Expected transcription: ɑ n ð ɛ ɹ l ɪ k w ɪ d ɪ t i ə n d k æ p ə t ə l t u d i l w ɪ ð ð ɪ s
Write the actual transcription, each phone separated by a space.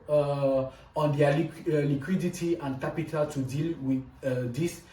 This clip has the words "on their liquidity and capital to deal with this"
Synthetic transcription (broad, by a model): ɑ n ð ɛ l l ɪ k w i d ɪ t i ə n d k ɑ p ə t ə l t u d i l w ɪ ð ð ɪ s